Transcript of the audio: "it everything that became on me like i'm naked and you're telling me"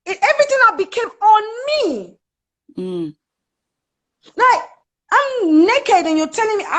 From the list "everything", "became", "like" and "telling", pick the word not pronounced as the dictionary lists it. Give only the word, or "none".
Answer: like